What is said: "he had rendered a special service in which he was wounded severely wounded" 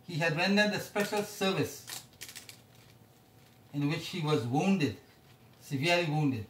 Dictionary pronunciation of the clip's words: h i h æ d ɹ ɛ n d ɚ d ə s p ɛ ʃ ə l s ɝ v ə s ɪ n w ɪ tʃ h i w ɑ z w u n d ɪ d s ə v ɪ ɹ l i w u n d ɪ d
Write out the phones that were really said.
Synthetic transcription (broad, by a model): h i h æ d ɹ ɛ n d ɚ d ə s p ɛ ʃ ə l s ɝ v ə s ɪ n w ɪ tʃ h i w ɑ z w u n d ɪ d s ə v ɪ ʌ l i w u n d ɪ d